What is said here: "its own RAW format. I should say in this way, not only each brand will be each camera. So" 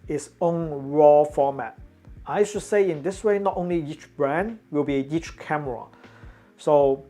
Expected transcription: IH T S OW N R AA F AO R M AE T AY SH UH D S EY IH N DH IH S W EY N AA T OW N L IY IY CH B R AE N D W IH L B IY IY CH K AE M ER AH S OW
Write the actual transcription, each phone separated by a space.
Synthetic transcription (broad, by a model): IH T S OW N R AA F AO M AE T AY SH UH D S EY IH N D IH S W EY N AA T OW N L IY IY CH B R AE N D W IH L B IY IY CH K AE M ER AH S OW